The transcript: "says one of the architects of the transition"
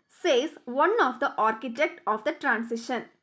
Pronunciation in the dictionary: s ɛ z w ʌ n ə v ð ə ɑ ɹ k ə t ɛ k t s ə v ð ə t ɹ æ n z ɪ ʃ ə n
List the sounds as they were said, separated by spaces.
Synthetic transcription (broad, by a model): s ɛ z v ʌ n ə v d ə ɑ ɹ k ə t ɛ k t ə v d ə t ɹ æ n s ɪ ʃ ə n